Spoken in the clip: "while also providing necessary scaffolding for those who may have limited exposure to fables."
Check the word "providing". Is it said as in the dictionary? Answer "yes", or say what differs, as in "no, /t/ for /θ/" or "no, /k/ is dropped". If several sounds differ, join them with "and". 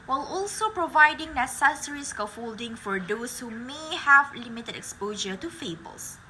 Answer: yes